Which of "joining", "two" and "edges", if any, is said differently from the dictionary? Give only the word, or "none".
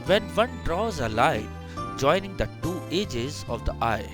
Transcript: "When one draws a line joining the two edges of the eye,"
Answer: none